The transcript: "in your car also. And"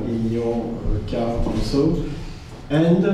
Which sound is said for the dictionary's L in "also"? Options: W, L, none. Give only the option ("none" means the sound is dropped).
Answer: none